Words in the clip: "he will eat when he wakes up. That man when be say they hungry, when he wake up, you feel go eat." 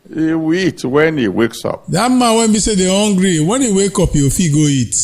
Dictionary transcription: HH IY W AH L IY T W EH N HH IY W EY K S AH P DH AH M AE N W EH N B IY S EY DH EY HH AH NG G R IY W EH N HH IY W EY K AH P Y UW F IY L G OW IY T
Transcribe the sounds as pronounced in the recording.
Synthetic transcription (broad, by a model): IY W IY T W EH N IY W EY K S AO P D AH M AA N W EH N B IY S EY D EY HH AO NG G R IY W EH N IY W EY K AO P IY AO F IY G OW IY T